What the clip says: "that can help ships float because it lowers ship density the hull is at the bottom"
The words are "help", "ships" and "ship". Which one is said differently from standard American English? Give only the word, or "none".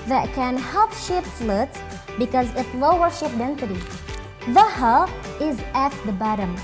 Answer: ships